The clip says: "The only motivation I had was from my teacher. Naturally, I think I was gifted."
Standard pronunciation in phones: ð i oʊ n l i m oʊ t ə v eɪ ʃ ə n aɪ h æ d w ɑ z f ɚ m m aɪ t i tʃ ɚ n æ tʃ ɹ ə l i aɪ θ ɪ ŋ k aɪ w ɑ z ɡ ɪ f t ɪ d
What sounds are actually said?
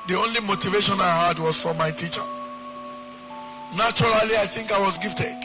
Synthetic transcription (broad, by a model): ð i oʊ n l i m oʊ t ə v eɪ ʃ ə n aɪ h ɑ d w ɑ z f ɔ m m aɪ t i tʃ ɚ n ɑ tʃ ɹ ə l i aɪ θ ɪ ŋ k aɪ w ɑ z ɡ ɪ f t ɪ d